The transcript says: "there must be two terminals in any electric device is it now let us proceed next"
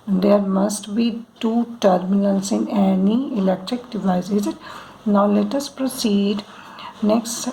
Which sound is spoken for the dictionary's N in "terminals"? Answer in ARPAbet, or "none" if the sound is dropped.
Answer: L